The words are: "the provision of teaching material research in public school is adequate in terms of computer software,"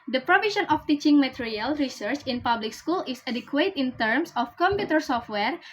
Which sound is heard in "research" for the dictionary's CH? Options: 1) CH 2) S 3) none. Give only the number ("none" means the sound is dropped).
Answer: 1